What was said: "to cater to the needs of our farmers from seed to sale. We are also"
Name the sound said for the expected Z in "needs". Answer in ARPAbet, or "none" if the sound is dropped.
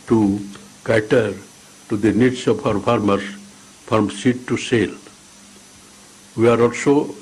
S